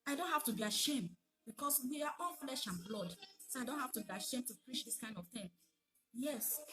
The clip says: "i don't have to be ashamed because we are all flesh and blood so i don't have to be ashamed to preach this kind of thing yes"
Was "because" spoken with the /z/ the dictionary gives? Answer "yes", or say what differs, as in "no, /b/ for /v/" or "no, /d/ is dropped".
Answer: no, /s/ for /z/